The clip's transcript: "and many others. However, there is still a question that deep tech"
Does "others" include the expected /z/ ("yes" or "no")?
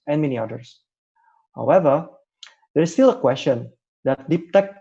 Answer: no